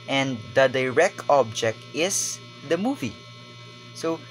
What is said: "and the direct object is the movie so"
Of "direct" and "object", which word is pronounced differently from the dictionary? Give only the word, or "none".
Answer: none